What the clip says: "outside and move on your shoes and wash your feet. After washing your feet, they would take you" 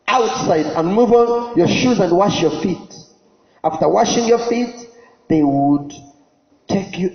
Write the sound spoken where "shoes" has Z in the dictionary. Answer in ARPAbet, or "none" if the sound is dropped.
Z